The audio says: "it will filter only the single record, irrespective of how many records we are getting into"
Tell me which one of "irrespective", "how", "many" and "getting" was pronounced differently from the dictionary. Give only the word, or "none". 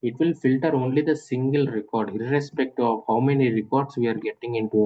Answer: irrespective